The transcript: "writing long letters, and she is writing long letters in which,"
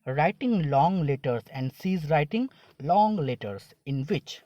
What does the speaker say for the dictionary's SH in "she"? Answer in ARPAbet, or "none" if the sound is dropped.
S